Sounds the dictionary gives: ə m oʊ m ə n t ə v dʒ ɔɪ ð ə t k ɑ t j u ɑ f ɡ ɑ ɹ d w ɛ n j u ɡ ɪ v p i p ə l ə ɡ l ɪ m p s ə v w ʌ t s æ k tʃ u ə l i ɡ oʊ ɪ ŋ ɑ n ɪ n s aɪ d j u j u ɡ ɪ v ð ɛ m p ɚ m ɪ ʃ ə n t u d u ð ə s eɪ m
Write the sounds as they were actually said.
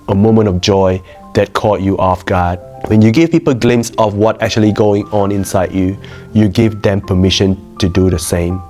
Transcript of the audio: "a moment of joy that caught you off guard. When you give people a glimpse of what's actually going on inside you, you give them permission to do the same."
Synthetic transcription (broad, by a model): ə m oʊ m ə n t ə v dʒ ɔɪ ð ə t k ɑ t j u ɑ f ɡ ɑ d w ɛ n j u ɡ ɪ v p i p ə l ɡ l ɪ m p s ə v w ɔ t æ k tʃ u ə l i ɡ oʊ ɪ ŋ ɑ n ɪ n s aɪ d j u j u ɡ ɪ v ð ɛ m p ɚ m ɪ ʃ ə n t u d u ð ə s eɪ m